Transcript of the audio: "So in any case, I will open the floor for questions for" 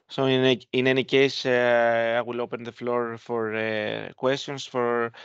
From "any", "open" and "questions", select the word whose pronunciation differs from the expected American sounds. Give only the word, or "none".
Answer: questions